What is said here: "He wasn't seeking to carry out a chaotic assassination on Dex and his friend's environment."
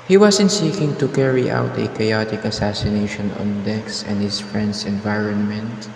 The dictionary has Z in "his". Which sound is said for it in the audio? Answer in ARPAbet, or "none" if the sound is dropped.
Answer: S